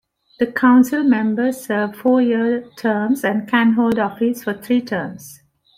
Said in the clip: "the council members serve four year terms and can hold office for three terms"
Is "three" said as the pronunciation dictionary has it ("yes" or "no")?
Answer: no